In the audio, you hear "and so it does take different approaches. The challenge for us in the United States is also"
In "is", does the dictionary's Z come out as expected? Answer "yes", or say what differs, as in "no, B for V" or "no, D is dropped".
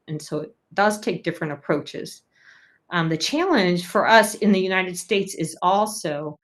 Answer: yes